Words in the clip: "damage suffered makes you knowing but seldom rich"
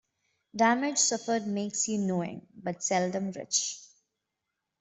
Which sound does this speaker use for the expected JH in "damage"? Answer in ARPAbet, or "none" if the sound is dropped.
JH